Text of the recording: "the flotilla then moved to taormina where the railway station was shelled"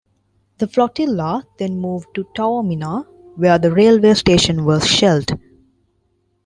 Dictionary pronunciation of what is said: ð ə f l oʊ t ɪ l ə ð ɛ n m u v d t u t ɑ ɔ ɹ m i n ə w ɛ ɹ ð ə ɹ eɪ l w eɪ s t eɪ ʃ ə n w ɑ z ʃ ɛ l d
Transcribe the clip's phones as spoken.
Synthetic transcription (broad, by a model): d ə f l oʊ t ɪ l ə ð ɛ n m u v d t u t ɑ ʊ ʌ m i n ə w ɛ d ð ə ɹ eɪ l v eɪ s t eɪ ʃ ə n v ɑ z ʃ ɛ l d